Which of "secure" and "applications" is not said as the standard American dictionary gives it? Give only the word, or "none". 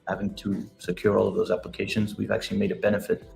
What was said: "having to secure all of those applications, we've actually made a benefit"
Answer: none